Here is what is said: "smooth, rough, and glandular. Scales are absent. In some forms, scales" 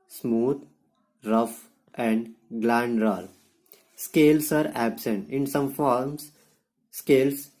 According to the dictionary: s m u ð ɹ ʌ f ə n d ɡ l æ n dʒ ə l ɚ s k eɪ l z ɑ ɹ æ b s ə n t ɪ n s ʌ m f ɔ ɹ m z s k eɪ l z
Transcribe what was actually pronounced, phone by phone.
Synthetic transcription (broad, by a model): s m u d ɹ ʌ f ə n d ɡ l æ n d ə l s k eɪ l s ɑ ɹ æ b s ə n t ɪ n s ʌ m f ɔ ɹ m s s k eɪ l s